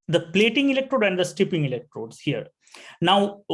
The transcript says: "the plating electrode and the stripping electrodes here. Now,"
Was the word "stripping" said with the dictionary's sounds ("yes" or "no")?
no